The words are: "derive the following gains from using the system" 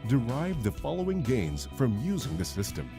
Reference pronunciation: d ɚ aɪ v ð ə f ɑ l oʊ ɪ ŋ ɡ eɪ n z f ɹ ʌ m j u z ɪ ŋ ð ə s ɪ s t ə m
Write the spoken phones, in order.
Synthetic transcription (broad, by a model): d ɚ aɪ v ð ə f ɑ l oʊ ɪ ŋ ɡ eɪ n z f ɹ ʌ m j u z ɪ ŋ ð ə s ɪ s t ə m